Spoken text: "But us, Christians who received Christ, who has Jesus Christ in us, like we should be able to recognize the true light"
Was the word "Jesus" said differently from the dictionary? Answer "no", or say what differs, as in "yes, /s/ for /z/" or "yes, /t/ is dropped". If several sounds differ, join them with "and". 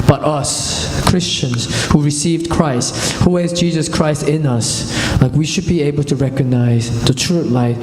no